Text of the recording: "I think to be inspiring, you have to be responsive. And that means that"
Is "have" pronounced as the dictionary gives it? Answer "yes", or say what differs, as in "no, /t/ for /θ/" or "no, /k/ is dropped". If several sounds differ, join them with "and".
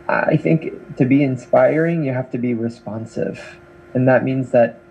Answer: no, /f/ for /v/